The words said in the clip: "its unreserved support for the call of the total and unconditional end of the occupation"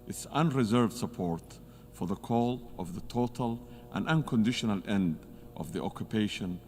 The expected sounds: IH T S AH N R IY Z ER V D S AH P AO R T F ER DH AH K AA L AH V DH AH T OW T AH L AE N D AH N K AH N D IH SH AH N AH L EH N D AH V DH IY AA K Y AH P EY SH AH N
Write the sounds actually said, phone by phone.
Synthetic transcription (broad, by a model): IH T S AH N R IY Z ER V D S AH P AO R T F ER DH AH K AA L AH V DH AH T OW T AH L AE N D AH N K AH N D IH SH AH N AH L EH N D AH V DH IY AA K Y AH P EY SH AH N